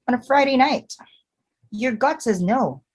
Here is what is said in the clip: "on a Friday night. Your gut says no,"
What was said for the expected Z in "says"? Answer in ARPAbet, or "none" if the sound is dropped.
Z